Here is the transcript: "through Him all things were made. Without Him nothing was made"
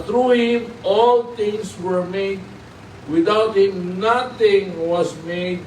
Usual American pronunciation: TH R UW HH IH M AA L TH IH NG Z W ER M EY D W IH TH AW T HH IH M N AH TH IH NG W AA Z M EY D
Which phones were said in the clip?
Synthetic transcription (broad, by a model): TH R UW HH IH M AA L T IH NG S W ER M EY D W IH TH AW T HH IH M N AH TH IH NG W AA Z M EY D